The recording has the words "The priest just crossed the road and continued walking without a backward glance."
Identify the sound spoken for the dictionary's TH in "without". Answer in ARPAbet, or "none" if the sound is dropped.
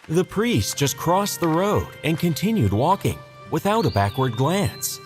TH